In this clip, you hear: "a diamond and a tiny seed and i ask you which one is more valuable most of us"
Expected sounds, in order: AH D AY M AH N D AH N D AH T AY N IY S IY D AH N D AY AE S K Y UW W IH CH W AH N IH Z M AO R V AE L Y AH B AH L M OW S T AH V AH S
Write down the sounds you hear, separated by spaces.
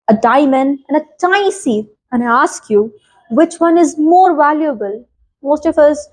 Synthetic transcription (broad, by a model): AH D AY M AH N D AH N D AH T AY IY S IY AH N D AY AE S K Y UW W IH CH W AH N IH Z M AO R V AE L Y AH B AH L M OW S T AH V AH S